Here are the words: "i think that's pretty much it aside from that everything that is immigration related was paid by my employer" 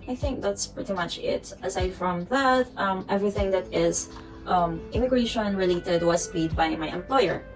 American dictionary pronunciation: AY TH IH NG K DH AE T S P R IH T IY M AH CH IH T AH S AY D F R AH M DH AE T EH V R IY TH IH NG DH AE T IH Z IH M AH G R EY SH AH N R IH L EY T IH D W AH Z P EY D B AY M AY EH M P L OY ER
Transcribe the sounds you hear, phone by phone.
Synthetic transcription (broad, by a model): AY TH IH NG K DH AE T S P R IH T IY M AH CH IH T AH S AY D F R AH M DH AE T EH V R IY TH IH NG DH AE T IH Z IH M AH G R EY SH AH N R IH L EY T IH D W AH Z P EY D B AY M AY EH M P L OY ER